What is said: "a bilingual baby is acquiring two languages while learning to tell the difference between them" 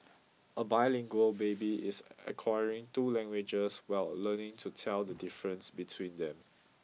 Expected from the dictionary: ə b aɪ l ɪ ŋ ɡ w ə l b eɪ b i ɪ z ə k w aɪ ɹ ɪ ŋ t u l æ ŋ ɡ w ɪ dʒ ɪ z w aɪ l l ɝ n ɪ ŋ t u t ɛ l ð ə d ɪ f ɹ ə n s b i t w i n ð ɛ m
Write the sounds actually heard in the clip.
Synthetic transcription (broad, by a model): ə b aɪ l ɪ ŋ ɡ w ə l b eɪ b i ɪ s ə k w aɪ ɹ ɪ ŋ t u l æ ŋ ɡ w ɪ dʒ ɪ s w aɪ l l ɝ n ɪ ŋ t u t ɛ l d ə d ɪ f ɹ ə n s b i t w i n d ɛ m